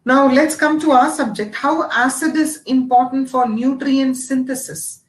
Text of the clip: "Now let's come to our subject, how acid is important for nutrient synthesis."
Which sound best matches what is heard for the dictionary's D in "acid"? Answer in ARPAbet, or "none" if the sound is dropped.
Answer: D